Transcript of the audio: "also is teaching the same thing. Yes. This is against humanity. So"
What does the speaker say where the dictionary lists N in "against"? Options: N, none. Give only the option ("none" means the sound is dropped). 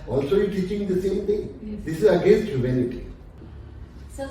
N